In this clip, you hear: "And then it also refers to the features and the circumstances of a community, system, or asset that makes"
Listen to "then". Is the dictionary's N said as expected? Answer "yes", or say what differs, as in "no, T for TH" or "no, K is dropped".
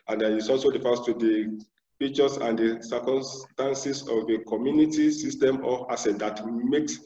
no, N is dropped